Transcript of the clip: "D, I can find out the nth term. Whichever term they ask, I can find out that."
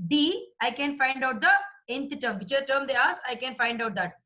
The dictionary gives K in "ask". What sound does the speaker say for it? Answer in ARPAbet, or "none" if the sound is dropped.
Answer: none